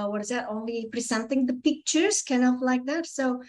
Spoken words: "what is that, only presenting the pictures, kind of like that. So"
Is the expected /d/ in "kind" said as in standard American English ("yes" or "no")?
no